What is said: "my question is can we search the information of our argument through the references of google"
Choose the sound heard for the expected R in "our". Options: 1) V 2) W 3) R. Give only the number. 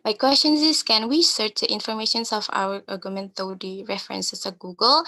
2